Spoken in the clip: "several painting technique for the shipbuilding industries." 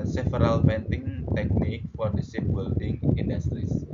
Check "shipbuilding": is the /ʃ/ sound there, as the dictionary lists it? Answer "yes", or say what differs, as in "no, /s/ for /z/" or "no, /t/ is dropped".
no, /s/ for /ʃ/